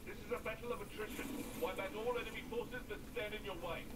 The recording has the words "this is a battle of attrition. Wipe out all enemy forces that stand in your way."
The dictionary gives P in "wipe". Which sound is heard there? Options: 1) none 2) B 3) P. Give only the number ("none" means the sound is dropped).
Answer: 2